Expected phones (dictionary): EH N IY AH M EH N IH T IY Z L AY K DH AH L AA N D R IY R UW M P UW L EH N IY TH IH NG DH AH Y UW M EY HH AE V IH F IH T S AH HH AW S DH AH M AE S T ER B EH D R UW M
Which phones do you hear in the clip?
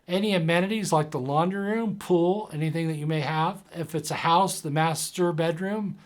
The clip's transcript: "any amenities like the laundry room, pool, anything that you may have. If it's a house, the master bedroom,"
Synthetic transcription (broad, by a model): EH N IY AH M EH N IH T IY Z L AY K DH AH L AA N D R R UW M P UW L EH N IY TH IH NG DH AH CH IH M EY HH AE V IH F IH T S AH HH AW S DH AH M AE S T ER B EH D R UW M